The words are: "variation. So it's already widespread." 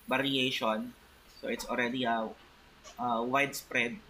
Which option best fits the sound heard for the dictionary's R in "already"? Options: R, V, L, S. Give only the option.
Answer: L